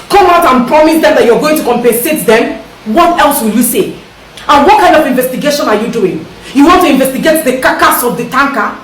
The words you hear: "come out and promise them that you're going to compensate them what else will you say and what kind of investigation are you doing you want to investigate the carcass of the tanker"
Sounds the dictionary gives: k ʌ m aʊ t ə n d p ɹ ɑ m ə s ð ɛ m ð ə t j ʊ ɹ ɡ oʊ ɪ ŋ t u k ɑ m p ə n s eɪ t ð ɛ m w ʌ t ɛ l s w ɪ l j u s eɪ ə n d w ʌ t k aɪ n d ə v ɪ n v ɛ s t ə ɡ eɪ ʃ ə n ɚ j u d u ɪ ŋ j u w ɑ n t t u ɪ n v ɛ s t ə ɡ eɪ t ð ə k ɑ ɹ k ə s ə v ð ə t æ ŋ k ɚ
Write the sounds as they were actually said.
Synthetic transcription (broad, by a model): k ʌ m aʊ t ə n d p ɹ ɑ m ə s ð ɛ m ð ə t j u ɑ ɡ oʊ ɪ ŋ t u k ɑ m p ə n s eɪ t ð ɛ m w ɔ t ɛ l s w ɪ l j u s eɪ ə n w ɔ t k aɪ n d ə v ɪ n v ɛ s t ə ɡ eɪ ʃ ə n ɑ j u d u ɪ ŋ j u w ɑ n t t u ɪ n v ɛ s t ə ɡ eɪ t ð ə k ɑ k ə s ə v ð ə t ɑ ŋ k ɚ